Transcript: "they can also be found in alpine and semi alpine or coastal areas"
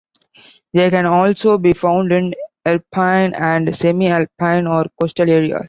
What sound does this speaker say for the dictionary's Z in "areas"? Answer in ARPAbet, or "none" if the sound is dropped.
none